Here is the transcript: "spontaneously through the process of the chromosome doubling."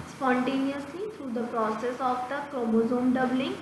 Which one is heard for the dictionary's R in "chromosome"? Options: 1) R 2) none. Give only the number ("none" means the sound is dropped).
2